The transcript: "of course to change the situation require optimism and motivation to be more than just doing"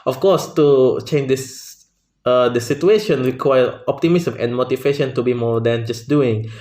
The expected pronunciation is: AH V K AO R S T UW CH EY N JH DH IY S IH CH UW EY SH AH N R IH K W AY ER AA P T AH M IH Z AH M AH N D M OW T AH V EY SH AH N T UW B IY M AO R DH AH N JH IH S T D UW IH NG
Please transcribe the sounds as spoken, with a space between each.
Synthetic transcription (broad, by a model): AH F K AO S T UW CH EY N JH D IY S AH S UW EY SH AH N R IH K W AY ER AA P T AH M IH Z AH M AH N M OW T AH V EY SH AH N T UW B IY M AO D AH N JH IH S D UW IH NG